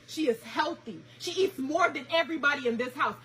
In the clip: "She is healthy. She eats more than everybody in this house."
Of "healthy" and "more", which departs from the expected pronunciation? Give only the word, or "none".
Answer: none